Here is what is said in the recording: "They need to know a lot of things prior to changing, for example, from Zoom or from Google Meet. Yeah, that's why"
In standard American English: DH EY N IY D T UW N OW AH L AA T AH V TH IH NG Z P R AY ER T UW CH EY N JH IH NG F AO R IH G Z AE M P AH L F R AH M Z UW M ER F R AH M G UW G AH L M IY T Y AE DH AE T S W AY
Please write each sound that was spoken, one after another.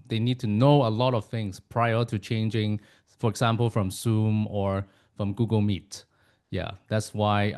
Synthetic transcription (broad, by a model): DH EY N IY D T UW N OW AH L AA T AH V TH IH NG S P R AY ER T UW CH EY N JH IH NG F AO R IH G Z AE M P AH L F R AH M S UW M ER F R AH M G UW G AH L M IY T Y AE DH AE T S W AY